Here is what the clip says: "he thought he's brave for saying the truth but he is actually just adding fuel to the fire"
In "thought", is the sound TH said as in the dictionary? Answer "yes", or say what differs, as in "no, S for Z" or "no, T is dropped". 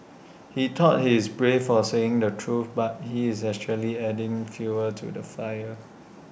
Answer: no, T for TH